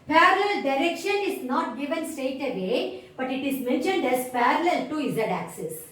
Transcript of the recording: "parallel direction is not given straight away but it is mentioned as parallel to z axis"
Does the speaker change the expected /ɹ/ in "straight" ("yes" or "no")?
yes